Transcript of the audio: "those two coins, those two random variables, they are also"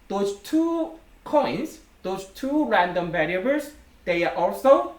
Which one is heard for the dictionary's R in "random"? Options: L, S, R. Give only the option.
R